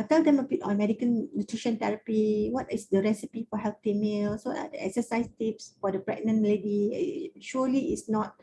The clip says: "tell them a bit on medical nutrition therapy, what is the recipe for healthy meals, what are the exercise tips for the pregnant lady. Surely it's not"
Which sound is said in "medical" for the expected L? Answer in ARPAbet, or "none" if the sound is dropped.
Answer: N